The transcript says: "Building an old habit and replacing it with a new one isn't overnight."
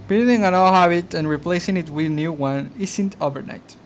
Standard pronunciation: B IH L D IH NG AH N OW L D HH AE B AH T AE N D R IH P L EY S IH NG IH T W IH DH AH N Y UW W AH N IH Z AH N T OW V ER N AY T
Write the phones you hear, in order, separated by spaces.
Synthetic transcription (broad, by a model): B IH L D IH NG AH N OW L HH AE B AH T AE N R IH P L EY S IH NG IH T W IH DH N Y UW W AH N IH S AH N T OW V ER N AY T